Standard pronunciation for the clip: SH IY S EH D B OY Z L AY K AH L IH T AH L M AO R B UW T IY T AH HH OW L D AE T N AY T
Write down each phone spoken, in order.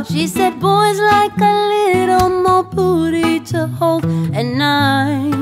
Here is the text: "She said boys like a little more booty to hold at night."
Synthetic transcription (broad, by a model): SH IY S EH D B OY Z L AY K AH L IH T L M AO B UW T IY T AH HH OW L IH N AY